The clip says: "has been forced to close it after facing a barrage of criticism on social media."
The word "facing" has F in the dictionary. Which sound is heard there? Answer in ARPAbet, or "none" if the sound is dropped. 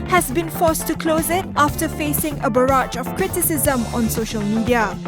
F